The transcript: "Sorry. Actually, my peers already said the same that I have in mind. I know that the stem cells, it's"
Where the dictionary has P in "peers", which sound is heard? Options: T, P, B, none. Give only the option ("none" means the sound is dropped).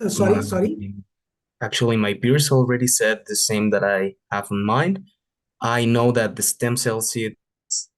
B